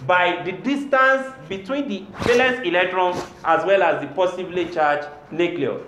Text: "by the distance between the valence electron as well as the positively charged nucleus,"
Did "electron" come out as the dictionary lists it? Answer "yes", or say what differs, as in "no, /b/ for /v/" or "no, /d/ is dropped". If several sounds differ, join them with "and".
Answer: yes